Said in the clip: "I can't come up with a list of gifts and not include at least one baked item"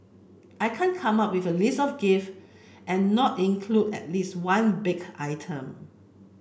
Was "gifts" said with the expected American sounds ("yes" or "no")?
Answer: no